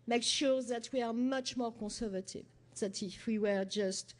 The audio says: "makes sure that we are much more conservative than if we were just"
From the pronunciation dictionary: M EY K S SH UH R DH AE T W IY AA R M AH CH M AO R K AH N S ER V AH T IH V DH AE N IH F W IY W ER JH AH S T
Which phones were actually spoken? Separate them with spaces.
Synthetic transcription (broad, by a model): M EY K SH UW R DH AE T W IY AA R M AH CH M AO R K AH S ER V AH T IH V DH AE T IH F W IY W ER JH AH S T